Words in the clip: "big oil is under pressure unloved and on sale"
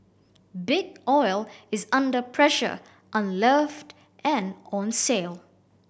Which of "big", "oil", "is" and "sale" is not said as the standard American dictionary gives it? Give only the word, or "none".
none